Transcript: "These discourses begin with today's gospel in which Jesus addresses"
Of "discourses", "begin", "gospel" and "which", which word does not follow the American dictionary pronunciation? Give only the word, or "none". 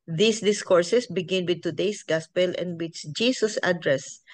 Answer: discourses